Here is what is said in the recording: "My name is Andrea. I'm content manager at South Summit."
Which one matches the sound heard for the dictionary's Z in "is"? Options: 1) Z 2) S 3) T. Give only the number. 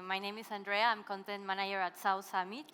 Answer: 2